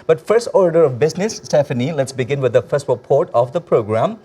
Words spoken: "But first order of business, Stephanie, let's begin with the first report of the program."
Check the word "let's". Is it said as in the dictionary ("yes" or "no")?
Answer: yes